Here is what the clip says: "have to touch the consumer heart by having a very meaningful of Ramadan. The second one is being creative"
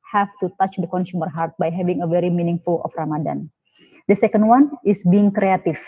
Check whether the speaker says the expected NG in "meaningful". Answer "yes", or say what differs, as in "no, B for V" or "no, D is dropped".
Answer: yes